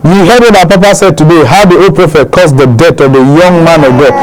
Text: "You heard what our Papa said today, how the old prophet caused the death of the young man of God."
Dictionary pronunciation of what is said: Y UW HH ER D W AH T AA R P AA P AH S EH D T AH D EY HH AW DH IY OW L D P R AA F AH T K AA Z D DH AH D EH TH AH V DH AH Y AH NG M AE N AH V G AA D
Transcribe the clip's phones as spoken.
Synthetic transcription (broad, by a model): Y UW HH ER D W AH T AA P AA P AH S EH D T AH D EY HH AW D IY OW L P R AA F AH T K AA S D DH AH D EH T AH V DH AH Y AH NG M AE N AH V G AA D